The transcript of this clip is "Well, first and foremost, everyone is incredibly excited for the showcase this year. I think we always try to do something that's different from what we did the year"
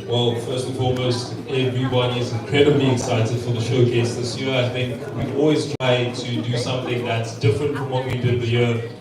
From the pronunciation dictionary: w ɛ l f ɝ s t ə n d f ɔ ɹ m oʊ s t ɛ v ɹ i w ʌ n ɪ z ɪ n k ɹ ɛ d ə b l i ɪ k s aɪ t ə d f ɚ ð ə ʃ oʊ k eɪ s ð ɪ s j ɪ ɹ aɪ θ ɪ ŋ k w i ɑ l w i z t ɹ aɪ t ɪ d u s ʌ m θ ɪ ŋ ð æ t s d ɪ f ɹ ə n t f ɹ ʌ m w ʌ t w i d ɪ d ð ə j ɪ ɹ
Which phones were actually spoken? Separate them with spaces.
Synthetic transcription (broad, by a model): w ɛ l f ɝ s t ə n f ɔ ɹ m oʊ s t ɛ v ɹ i w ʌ n ɪ z ɪ n k ɹ ɛ d ə b l i ɪ k s aɪ t ə d f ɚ ð ə ʃ oʊ k eɪ s ð ɪ s j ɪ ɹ aɪ θ ɪ ŋ k w i ɑ l w i z t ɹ aɪ t ɪ d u s ʌ m θ ɪ ŋ ð æ t s d ɪ f ɹ ə n t f ɹ ʌ m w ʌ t w i d ɪ d ð ə j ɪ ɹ